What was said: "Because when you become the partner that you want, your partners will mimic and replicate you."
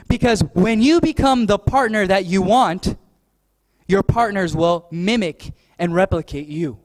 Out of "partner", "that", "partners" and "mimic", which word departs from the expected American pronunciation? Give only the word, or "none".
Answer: none